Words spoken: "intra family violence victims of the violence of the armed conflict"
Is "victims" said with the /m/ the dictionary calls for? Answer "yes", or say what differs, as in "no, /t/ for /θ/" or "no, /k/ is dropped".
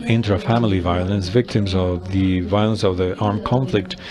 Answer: yes